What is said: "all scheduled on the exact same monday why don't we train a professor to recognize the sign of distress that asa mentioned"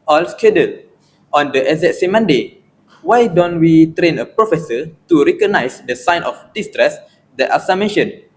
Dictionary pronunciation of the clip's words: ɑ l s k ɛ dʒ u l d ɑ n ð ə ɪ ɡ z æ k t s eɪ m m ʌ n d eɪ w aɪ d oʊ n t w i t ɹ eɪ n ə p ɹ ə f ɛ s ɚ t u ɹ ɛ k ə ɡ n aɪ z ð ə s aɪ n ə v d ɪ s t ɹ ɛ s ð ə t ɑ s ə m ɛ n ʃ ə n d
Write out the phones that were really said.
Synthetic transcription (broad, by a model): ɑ l s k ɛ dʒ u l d ɑ n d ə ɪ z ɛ t s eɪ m m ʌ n d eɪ w aɪ d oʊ n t w i t ɹ eɪ n ə p ɹ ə f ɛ s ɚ t u ɹ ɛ k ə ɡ n aɪ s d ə s aɪ n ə f d ɪ s t ɹ ɛ s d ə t ɑ s ə m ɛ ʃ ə n